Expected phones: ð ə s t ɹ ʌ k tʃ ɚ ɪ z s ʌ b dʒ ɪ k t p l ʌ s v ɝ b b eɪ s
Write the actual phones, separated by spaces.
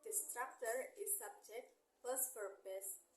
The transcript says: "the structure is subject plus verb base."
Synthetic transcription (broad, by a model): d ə s t ɹ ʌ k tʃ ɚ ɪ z s ʌ b dʒ ɪ k t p ʌ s p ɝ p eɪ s